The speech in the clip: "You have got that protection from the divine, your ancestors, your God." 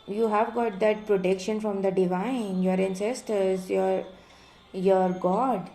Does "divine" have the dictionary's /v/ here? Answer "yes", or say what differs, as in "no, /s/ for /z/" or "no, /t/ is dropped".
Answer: yes